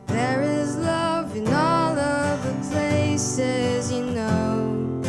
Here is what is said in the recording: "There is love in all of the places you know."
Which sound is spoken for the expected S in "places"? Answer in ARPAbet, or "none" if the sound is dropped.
S